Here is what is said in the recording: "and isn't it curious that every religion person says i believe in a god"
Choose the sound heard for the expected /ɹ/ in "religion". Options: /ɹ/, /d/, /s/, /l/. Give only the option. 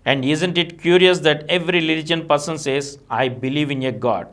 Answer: /l/